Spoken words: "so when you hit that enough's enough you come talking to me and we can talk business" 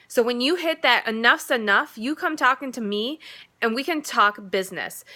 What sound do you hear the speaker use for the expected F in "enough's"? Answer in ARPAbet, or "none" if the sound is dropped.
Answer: F